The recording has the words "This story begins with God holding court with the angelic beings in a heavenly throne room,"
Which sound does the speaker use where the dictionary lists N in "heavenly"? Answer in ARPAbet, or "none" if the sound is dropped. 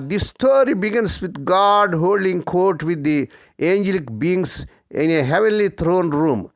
N